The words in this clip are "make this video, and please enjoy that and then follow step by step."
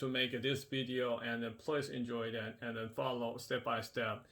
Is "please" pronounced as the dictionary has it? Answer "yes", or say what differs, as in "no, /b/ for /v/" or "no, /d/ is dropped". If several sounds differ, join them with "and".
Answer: no, /s/ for /z/